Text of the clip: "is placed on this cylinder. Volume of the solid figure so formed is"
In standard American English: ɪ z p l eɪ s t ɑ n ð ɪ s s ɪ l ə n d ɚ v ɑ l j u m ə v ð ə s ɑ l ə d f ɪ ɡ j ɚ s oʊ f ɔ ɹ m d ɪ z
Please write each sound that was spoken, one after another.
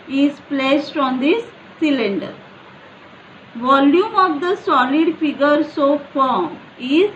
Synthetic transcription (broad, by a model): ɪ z p l eɪ s t ɑ n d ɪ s s ɪ l ə n d ɚ v ɑ l j u m ə v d ə s ɑ l ə d f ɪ ɡ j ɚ s oʊ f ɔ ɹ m ɪ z